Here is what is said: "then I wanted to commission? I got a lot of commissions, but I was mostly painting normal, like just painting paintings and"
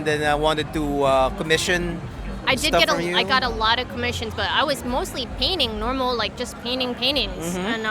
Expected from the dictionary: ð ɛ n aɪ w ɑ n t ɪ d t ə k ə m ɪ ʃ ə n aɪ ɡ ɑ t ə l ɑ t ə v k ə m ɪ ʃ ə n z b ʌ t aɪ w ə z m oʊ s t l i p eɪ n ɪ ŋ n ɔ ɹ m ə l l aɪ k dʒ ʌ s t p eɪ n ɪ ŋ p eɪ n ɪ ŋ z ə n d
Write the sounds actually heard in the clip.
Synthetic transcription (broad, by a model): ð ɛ n aɪ w ɑ n t ɪ d t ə k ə m ɪ ʃ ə n aɪ ɡ ɑ t ə l ɑ t ə v k ə m ɪ ʃ ə n z b ʌ t aɪ w ə z m oʊ s t l i p eɪ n ɪ ŋ n ɔ ɹ m l l aɪ k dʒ ʌ s p eɪ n ɪ ŋ p eɪ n ɪ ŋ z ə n